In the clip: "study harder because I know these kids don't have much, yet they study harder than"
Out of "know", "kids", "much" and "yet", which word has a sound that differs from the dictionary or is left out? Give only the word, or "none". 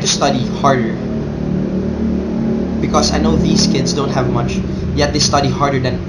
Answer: kids